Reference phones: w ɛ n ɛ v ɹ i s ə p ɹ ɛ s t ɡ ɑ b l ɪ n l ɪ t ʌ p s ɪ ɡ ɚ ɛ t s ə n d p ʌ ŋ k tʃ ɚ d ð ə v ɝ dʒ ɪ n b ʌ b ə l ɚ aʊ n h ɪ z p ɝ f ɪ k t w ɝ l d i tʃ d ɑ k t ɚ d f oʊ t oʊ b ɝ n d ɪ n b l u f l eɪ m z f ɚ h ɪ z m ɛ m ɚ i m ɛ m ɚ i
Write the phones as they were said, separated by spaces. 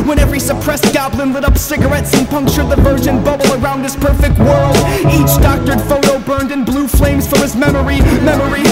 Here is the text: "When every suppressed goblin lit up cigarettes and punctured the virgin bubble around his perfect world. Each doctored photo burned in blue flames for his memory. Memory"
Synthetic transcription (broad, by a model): w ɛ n ɛ v ɹ i s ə p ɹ ɛ s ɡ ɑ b l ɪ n l ɪ t ʌ p s ɪ ɡ ɚ ɛ t s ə n p ʌ ŋ k tʃ ɚ d ð ə v ɝ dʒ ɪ n b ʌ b l ɚ aʊ n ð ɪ s p ɝ f ɪ k t w ɝ l d i tʃ d ɑ k t ɚ d f oʊ t oʊ b ɝ n d ɪ n b l u f l eɪ m z f ɚ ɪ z m ɛ m ɚ i m ɛ m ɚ i